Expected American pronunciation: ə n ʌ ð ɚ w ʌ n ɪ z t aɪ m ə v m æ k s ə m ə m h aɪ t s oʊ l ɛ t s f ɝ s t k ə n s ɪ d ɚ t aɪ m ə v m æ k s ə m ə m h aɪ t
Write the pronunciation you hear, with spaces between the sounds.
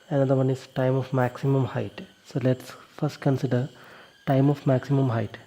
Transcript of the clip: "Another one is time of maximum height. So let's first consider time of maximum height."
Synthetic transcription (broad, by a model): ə n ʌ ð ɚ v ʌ n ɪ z t aɪ m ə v m æ k s ə m ə m h aɪ t s oʊ l ɛ t s f ɝ s t k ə n s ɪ d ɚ t aɪ m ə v m æ k s ə m ə m h aɪ t